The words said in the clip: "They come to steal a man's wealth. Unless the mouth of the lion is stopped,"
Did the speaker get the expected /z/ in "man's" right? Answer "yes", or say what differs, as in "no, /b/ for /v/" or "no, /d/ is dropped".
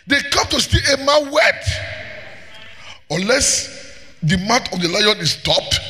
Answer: no, /z/ is dropped